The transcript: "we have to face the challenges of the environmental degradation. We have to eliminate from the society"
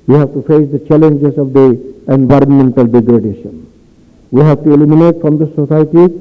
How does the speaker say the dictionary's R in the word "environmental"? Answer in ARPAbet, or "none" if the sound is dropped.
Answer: R